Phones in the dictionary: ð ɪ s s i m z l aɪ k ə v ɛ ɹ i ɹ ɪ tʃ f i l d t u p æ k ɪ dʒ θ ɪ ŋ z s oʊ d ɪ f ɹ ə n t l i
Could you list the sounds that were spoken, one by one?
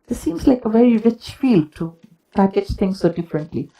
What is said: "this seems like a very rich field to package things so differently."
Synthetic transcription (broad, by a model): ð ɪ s s i m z l aɪ k ə v ɛ ɹ i ɹ ɪ tʃ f i l t u p æ k ɪ dʒ t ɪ ŋ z s oʊ d ɪ f ɹ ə n t l i